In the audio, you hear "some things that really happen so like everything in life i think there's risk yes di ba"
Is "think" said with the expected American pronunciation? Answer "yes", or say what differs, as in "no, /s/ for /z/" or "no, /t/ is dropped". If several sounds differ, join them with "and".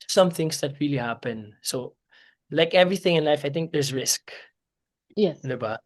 no, /t/ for /θ/